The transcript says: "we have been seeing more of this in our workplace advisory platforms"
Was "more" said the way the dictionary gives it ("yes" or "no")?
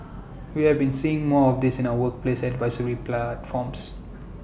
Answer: yes